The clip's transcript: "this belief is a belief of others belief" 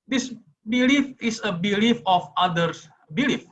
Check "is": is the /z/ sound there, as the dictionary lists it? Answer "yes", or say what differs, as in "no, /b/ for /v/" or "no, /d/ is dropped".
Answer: no, /s/ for /z/